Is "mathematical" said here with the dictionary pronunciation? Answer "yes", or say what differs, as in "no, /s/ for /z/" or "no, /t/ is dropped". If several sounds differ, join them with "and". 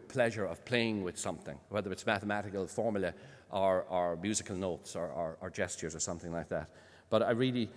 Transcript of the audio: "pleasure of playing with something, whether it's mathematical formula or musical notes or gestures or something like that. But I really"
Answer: yes